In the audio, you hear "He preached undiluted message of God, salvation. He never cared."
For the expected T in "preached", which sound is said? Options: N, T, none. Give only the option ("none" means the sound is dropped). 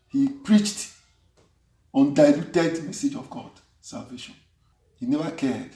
T